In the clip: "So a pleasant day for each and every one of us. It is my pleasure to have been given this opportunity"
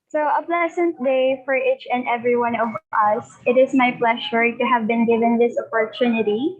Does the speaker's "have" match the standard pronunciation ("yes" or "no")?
yes